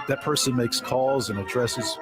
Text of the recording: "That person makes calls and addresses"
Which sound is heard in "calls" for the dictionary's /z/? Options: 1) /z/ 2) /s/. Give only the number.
1